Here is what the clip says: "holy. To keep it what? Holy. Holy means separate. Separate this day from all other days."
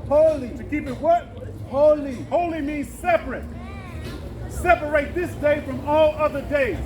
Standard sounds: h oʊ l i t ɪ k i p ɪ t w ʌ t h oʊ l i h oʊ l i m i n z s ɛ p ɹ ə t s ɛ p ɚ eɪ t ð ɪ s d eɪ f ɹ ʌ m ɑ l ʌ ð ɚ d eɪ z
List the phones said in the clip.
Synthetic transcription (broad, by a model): h oʊ l i t ɪ k i p ɪ t w ʌ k h oʊ l i h oʊ l i m i n z s ɛ p ɹ ə t s ɛ p ɚ eɪ t ð ɪ s d eɪ f ɹ ʌ m ɑ l ʌ ð ɚ d eɪ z